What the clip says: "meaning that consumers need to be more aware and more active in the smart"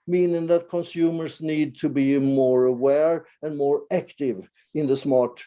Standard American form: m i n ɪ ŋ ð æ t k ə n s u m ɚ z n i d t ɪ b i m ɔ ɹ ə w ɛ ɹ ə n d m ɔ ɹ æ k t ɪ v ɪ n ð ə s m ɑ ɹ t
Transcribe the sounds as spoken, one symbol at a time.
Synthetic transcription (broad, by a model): m i n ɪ ŋ ð æ t k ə n s u m ɚ s n i d t ɪ b i m ɔ ɹ ə w ɛ ɹ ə n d m ɔ ɹ æ k t ɪ v ɪ n ð ə s m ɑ ɹ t